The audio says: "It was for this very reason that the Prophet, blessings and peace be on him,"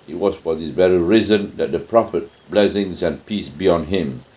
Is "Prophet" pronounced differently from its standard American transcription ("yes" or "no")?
no